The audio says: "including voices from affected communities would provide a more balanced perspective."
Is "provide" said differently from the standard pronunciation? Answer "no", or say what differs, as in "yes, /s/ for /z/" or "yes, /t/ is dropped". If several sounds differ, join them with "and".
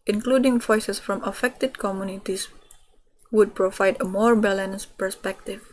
no